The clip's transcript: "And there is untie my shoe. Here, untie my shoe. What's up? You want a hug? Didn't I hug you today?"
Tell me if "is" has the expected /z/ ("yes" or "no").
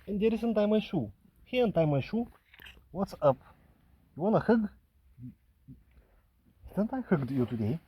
no